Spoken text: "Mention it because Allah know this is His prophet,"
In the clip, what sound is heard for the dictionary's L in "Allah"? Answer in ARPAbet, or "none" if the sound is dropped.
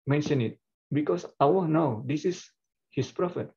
W